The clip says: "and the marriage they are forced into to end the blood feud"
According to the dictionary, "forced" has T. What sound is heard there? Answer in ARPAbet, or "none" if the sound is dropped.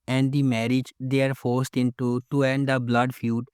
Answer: T